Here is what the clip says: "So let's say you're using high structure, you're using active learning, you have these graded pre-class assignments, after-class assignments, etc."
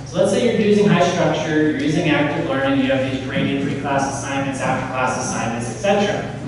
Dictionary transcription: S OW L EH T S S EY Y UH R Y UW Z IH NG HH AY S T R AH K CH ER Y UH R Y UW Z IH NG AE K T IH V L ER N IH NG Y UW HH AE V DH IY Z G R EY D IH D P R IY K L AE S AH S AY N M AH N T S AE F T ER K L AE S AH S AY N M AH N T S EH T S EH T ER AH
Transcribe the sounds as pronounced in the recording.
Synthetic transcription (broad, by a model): S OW L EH T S S EY Y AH R Y UW Z IH NG HH AY S T R AH K CH ER Y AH R Y UW Z IH NG AE K T IH V L ER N IH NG Y UW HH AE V DH IY Z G R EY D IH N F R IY K L AE S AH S AY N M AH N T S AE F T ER K L AE S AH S AY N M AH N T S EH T S EH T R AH